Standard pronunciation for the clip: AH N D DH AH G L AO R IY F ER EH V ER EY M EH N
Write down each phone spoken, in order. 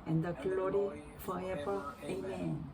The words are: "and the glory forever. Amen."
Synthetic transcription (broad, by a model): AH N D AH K L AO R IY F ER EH P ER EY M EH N